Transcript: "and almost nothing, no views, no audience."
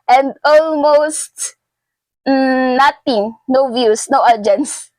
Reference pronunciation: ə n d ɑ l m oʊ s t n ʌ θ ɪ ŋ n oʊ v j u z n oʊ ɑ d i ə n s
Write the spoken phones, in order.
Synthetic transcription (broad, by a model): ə n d ɑ l m oʊ s t n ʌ t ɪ ŋ n oʊ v j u s n oʊ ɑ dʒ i n s